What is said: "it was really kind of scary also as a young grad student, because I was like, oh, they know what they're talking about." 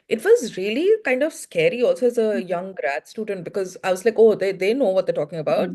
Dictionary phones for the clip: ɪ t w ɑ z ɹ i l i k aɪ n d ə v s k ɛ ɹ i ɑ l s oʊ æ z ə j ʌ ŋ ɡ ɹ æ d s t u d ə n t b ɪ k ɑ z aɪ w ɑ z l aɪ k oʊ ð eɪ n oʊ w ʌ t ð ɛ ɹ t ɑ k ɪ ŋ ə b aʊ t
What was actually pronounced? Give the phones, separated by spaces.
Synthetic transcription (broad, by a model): ɪ t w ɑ z ɹ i l i k aɪ n d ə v s k ɛ ɹ i ɑ l s oʊ æ z ə j ʌ ŋ ɡ ɹ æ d s t u d ə n t b ɪ k ɑ z aɪ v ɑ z l aɪ k oʊ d eɪ n oʊ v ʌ t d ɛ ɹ t ɑ k ɪ ŋ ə b aʊ t